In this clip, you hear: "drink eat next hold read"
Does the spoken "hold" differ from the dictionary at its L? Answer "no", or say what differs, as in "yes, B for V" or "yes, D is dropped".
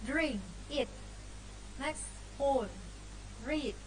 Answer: yes, L is dropped